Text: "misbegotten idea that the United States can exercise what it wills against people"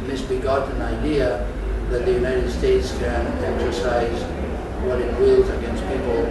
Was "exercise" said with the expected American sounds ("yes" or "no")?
yes